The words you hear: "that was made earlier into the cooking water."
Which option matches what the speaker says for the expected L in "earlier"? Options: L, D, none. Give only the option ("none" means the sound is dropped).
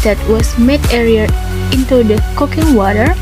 none